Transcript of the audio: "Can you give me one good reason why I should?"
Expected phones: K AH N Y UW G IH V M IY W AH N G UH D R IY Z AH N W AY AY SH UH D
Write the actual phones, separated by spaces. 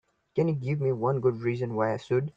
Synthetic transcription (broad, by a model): K AH N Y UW G IH V M IY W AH N G UH D R IY Z AH N W AY AY S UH D